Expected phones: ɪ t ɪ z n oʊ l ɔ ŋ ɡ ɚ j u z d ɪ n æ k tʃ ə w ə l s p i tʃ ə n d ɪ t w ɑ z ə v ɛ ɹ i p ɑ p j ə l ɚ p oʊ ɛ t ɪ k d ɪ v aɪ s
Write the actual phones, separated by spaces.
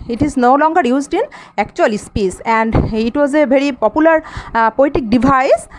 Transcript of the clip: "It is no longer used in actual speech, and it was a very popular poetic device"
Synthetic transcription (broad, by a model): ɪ t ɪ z n oʊ l ɔ ŋ ɡ ɚ j u z d ɪ n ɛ k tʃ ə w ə l s p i s ə n d ɪ t w ɑ z ə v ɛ ɹ i p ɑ p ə l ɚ p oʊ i t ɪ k d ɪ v aɪ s